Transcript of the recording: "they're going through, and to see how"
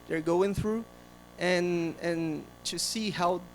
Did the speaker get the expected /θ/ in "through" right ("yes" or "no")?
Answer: yes